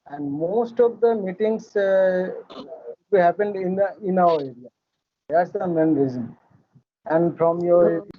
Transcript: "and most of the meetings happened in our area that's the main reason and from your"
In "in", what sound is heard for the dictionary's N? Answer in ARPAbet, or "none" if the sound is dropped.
N